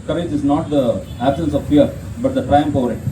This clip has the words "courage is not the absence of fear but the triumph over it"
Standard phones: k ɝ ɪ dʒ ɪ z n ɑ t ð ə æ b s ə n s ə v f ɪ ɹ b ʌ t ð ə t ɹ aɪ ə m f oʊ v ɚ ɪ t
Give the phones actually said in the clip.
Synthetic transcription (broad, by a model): k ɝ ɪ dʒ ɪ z n ɑ t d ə æ b s ə n s ə v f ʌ ɹ b ʌ t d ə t ɹ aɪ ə m p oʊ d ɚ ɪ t